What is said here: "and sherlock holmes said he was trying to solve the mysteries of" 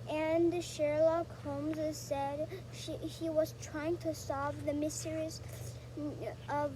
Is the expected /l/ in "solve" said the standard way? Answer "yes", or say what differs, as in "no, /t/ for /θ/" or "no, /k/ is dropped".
no, /l/ is dropped